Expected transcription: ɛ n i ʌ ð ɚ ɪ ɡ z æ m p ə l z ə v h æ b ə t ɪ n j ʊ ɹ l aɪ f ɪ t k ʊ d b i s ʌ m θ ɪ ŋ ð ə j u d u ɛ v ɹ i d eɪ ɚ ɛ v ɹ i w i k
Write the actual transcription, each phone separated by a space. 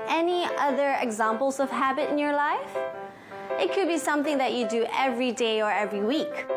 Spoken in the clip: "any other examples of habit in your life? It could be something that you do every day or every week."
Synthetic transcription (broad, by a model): ɛ n i ʌ ð ɚ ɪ ɡ z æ m p l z ə v h æ b ə t ɪ n j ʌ ɹ l aɪ f ɪ t k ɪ d b i s ʌ m θ ɪ ŋ ð ə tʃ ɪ d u ɛ v ɹ i d eɪ ɚ ɛ v ɹ i w i k